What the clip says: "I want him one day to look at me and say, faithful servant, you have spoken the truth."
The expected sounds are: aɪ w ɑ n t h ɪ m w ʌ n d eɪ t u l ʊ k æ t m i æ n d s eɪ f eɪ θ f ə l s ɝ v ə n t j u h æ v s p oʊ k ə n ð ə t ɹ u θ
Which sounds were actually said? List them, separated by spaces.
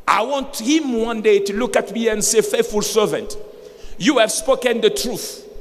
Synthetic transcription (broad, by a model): aɪ w ɑ n t h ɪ m w ʌ n d eɪ t u l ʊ k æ t m i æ n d s eɪ f eɪ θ f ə l s ɝ v ə n t j u h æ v s p oʊ k ə n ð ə t ɹ u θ